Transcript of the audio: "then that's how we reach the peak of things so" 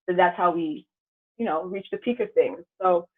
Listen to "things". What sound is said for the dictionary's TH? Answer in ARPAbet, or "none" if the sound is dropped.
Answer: TH